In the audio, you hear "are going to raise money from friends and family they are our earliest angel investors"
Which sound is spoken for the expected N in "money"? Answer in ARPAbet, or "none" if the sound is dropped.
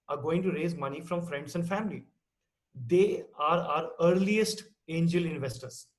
N